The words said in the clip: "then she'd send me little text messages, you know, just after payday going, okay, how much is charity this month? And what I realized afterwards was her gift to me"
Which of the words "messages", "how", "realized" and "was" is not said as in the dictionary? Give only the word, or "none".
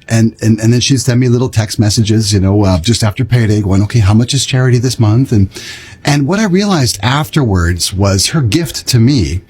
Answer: none